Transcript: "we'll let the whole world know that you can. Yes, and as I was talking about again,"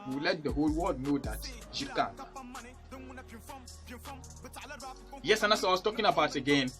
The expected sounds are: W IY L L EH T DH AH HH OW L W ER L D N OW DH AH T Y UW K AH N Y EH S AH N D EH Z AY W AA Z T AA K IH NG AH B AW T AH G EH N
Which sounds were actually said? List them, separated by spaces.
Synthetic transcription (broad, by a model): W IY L L EH T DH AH HH OW L W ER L D N OW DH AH T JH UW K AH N Y EH S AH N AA S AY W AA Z T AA K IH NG AH B AW T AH G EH N